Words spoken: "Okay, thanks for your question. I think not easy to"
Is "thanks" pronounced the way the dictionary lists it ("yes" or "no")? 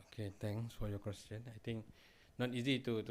no